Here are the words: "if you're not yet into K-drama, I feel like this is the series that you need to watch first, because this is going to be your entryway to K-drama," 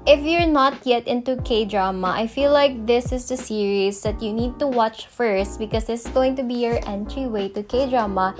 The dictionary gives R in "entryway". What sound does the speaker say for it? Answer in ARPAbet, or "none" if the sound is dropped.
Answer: R